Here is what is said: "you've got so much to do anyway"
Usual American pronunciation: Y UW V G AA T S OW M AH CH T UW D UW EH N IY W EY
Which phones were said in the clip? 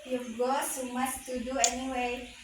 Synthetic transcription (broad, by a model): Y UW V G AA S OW M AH S T UW D UW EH N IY W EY